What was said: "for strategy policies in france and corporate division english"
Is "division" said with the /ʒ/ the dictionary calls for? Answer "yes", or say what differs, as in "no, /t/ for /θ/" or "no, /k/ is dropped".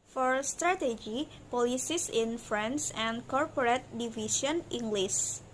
no, /s/ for /ʒ/